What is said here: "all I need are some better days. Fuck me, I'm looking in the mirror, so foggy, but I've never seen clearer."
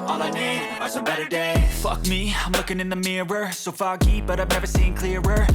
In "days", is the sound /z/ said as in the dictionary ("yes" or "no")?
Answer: no